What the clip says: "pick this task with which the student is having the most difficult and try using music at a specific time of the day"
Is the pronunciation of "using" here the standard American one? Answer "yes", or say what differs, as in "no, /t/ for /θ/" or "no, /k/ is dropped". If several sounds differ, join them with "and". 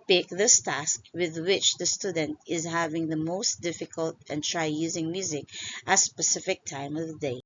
yes